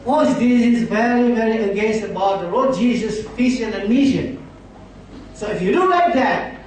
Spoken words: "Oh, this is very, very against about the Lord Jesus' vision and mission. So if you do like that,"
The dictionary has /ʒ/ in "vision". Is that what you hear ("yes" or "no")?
no